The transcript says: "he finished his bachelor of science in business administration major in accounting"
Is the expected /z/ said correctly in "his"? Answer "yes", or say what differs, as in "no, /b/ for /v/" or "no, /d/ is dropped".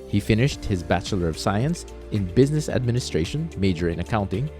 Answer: yes